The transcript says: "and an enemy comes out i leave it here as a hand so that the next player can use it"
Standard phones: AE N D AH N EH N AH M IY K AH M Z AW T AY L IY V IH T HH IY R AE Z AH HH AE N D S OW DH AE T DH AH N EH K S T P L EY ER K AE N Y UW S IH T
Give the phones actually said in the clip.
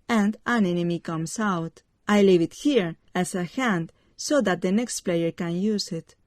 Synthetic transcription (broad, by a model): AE N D AH N EH N AH M IY K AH M S AW T AY L IY V IH T HH IY R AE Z AH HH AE N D S OW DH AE T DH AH N EH K S T P L EY ER K AE N Y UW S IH T